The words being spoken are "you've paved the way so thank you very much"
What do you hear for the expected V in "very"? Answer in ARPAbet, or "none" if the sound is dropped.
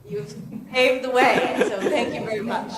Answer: V